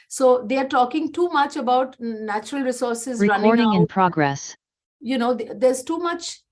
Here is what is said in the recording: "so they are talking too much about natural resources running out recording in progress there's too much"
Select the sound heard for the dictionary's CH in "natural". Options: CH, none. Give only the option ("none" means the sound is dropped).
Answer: CH